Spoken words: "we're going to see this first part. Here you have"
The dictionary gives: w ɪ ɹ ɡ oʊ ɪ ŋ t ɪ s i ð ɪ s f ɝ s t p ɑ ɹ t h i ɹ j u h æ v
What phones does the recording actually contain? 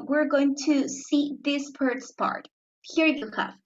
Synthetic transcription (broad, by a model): w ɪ ɹ ɡ oʊ ɪ ŋ t ɪ s i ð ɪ s p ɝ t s p ɑ ɹ t h i ɹ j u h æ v